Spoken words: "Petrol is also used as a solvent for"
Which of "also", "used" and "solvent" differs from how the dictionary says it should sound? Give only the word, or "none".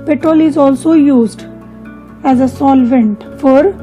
none